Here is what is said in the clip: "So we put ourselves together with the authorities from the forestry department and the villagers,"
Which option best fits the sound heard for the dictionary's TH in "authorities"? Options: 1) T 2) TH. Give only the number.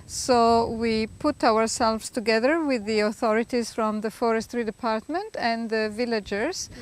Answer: 2